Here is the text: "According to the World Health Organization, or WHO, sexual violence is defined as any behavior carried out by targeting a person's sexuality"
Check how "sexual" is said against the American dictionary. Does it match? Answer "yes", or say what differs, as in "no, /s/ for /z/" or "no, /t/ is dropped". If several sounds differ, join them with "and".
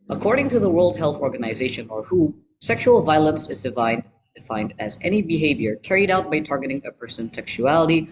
yes